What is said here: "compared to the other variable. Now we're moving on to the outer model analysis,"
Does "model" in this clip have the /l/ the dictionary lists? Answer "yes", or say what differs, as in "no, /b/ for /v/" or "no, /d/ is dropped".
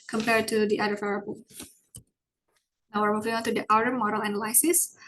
yes